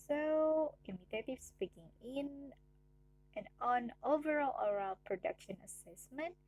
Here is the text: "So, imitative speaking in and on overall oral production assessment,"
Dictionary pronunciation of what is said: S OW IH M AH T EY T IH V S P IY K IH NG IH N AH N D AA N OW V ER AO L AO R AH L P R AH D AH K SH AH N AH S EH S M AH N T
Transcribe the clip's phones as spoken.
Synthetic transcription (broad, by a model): S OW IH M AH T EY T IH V S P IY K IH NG IH N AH N AA N OW V ER AO L AO R AH L P R AH D AH K SH AH N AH S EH S M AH N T